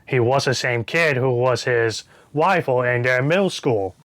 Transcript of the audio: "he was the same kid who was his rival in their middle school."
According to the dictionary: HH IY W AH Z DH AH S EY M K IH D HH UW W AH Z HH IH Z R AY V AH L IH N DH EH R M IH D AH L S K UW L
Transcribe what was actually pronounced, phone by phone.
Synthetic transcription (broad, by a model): HH IY W AH Z DH AH S EY M K IH D HH UW W AH Z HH IH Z W AY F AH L IH N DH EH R M IH L S K UW L